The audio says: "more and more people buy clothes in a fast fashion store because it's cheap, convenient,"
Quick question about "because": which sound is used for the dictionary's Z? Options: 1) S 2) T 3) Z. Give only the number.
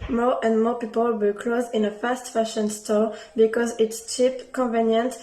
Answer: 3